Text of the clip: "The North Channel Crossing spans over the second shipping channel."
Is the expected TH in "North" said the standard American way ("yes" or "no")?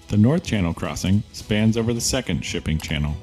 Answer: yes